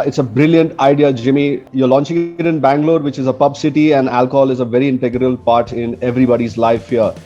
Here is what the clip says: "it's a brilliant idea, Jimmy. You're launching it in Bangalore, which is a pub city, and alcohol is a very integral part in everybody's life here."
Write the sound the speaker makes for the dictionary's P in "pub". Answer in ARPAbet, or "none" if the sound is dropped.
P